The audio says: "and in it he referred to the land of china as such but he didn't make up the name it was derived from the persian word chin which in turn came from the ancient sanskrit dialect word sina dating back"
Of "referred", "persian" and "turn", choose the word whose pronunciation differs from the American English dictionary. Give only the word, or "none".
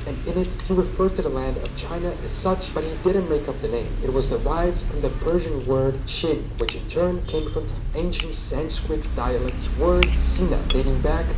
none